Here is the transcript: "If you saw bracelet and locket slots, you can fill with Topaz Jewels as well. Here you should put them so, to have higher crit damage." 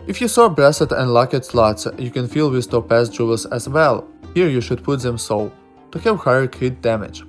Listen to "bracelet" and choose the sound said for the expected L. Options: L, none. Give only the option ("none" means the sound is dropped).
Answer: none